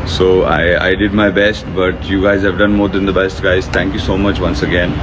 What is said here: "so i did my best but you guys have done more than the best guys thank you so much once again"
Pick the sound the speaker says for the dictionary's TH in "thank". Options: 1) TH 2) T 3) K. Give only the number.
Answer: 2